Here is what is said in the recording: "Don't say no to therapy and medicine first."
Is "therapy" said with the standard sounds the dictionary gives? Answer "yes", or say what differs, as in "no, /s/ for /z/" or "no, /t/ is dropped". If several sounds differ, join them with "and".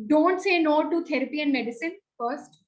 no, /t/ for /θ/